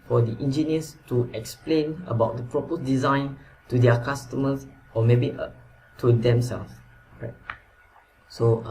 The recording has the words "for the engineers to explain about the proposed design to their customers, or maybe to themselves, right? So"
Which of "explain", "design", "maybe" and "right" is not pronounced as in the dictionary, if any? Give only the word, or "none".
none